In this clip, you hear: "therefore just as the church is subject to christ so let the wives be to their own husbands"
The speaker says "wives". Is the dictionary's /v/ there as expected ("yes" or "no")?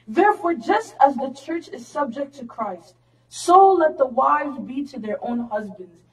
yes